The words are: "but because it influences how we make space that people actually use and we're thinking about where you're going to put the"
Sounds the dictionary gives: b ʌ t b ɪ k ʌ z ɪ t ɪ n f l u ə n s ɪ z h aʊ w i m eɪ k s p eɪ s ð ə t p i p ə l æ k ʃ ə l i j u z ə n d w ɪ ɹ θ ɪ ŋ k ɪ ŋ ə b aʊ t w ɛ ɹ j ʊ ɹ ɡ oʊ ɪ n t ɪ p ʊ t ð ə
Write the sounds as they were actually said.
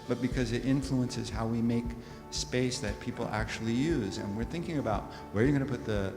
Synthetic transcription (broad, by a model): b ʌ t b ɪ k ʌ z ɪ t ɪ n f l u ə n s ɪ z h aʊ w i m eɪ k s p eɪ s ð ə t p i p l æ k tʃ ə l i j u z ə n w ɪ ɹ θ ɪ ŋ k ɪ ŋ ə b aʊ t w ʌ ɹ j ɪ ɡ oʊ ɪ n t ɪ p ʊ t ð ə